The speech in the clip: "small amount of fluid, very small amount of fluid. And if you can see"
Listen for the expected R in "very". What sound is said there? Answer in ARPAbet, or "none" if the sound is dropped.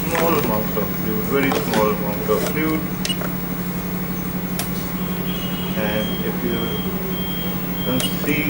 R